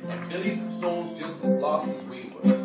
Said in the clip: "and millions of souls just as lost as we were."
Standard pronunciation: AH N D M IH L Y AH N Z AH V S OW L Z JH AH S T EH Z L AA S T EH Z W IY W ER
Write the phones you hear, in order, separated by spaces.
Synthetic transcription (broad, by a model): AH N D M IH L Y AH N Z AH V S OW L Z JH AH S T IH Z L AA S T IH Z W IY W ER